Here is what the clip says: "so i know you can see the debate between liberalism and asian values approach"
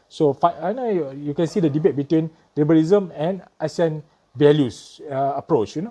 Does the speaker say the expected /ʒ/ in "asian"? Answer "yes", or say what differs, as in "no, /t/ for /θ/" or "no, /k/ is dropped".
no, /s/ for /ʒ/